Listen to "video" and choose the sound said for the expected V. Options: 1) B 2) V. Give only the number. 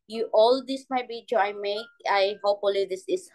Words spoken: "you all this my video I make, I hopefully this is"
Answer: 1